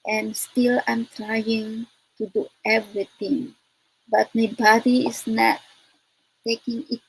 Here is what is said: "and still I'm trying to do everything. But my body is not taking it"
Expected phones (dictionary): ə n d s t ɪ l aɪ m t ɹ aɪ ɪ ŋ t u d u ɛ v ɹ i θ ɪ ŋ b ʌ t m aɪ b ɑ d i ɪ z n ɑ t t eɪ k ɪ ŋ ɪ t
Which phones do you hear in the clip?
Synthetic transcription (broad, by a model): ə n s t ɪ l aɪ m t ɹ aɪ ɪ ŋ t u d u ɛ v ɹ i t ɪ ŋ b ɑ t m aɪ b ɑ d i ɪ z n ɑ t t eɪ k ɪ ŋ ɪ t